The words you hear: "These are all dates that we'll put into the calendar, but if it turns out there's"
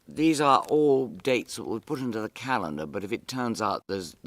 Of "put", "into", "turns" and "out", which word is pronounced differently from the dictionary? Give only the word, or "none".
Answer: none